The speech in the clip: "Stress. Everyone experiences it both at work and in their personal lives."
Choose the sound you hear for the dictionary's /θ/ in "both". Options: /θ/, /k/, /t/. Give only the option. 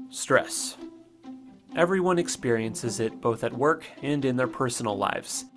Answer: /θ/